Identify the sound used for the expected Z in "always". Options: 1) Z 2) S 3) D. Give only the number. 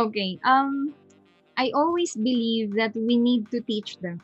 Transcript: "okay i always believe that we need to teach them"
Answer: 2